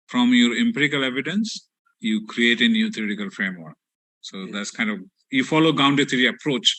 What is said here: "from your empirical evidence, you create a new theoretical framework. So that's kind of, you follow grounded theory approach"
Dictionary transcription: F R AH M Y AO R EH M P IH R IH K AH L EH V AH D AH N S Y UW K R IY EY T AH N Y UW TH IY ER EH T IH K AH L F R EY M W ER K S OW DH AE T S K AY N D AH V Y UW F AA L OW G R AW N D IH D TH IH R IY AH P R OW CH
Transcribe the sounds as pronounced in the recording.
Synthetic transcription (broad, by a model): F R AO M Y AO R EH M P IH R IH K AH L EH V AH D AH N S Y UW K R IY EY T AH N Y UW T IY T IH K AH L F R EY M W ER K S OW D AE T S K AY N D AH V Y UW F AA L OW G AW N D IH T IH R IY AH P R OW CH